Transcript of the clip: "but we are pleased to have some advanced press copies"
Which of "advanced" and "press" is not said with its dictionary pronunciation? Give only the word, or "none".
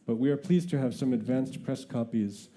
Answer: none